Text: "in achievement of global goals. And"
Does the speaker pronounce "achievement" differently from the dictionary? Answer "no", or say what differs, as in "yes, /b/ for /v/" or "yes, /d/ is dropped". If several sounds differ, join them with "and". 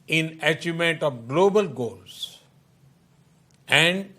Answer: yes, /v/ is dropped